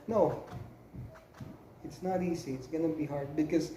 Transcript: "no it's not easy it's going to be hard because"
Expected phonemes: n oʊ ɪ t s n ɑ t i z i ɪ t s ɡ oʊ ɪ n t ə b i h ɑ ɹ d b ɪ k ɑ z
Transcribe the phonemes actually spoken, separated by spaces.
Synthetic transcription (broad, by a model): n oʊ ɪ t s n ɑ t i s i ɪ t s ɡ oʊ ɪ n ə b i h ɑ ɹ d b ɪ k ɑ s